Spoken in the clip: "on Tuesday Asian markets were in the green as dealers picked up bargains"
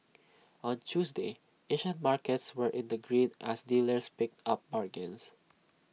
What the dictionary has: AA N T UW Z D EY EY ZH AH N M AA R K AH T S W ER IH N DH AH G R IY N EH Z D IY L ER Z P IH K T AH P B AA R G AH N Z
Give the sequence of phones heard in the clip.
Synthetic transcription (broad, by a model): AA N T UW S D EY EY SH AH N M AA R K AH T S W ER IH N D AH G R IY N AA S D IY L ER S P IH K T AH P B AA R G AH N S